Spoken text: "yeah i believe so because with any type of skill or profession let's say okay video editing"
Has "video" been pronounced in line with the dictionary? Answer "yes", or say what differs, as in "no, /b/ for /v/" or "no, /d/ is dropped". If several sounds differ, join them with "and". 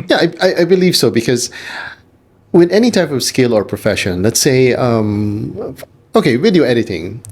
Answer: no, /w/ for /v/